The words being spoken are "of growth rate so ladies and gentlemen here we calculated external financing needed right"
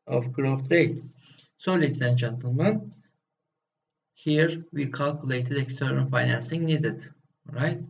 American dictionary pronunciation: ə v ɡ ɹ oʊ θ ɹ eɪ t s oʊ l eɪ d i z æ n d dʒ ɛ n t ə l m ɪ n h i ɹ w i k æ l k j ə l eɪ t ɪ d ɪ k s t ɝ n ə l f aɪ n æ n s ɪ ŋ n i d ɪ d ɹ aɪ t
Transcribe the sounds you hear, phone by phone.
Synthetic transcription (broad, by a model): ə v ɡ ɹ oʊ t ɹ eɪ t s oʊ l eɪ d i æ n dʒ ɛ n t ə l m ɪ n h i ɹ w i k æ l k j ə l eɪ t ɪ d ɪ k s t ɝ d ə n f aɪ n æ n s ɪ ŋ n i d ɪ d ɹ aɪ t